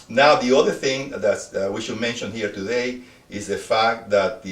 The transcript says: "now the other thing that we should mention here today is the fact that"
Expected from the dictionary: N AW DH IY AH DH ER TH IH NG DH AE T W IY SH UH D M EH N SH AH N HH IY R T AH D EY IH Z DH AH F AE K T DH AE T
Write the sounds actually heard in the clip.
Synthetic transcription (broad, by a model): N AW DH IY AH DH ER TH IH NG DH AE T W IY SH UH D M EH N SH AH N HH IY R T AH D EY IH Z DH AH F AE K T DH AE T